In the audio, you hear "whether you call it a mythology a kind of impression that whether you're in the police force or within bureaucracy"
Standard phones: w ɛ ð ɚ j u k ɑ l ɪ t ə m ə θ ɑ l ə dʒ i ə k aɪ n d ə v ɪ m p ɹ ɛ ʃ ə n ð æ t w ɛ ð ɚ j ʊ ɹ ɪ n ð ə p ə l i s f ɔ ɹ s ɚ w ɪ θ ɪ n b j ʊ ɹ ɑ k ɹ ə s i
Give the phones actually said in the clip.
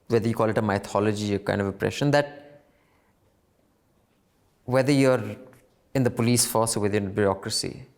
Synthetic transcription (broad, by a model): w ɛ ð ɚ j u k ɑ l ɪ t ə m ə t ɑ l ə dʒ i ə k aɪ n d ə v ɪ p ɹ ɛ ʃ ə n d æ t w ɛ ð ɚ j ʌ ɹ ɪ n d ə p ə l i s f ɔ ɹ s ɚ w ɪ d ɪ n b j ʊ ɹ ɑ k ɹ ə s i